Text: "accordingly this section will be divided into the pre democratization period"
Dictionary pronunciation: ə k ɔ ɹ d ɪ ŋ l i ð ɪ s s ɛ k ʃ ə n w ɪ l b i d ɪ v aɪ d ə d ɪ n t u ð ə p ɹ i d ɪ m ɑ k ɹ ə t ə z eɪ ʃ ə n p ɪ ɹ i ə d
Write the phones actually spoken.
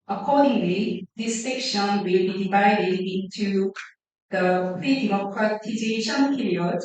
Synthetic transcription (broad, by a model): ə k ɔ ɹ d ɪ ŋ l i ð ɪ s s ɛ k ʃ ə n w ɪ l b i d ɪ v aɪ d ə d ɪ n t u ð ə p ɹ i d ɪ m ɑ k ɹ ə t ə z eɪ ʃ ə n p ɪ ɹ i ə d